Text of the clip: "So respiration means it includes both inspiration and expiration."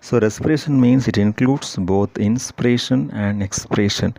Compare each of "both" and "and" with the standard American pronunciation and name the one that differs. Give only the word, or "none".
both